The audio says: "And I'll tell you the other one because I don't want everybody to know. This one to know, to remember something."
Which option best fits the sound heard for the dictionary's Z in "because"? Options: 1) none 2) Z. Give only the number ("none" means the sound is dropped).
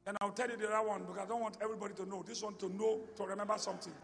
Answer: 1